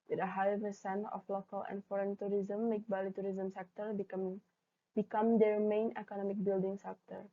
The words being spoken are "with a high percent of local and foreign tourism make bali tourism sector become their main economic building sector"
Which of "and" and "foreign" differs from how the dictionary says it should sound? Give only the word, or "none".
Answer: none